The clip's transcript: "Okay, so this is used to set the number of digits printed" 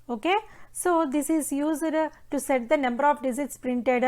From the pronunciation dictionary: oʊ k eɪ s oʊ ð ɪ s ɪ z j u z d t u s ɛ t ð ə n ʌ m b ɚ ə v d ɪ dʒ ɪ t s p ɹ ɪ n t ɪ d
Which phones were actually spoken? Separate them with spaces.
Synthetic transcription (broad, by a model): oʊ k eɪ s oʊ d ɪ s ɪ z j u z d t u s ɛ t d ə n ʌ m b ɚ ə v d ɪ z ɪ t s p ɹ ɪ n t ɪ d